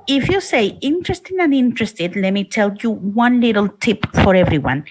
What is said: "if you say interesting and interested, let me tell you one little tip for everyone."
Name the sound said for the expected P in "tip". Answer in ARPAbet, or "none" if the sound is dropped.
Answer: P